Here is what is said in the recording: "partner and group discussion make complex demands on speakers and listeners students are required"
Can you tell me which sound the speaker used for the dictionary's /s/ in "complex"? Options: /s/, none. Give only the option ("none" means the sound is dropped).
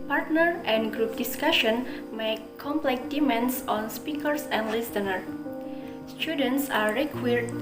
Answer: none